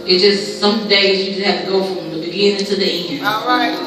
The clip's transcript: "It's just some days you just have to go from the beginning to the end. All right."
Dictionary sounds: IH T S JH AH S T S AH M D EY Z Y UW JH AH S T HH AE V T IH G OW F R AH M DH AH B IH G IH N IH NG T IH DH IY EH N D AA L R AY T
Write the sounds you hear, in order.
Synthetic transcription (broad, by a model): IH T JH AH S T S AH M D EY Z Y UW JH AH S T HH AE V T IH G OW F R AH M DH AH B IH G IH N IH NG T IH DH IY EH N IH N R AY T